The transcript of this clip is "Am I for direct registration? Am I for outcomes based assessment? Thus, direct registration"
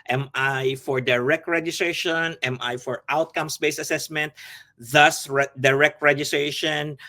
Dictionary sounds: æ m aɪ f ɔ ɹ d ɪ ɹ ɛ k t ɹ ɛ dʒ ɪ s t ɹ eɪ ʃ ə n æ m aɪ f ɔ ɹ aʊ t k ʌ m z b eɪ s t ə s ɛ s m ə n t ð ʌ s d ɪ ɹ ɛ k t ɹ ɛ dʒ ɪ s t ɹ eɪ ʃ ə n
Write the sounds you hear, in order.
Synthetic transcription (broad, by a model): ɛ m aɪ f ɔ ɹ d ɪ ɹ ɛ k t ɹ ɛ dʒ ɪ s t ɹ eɪ ʃ ə n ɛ m aɪ f ɔ ɹ aʊ t k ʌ m s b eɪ s ə s ɛ s m ə n t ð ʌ s d ɪ ɹ ɛ k t ɹ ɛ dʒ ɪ s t ɹ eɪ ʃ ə n